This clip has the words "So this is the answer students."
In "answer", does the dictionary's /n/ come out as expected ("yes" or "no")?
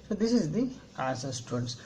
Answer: no